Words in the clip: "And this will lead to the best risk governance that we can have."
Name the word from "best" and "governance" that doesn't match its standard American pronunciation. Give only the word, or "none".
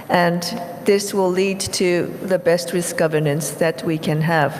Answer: none